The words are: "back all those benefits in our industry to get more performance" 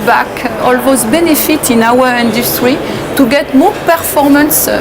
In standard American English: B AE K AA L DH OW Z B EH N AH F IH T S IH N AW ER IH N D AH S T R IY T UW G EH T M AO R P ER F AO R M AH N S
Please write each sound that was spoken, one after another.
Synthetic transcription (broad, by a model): B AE K AA L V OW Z B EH N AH F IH T IH N AW ER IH N D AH S T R IY T UW G EH T M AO P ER F AO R M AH N S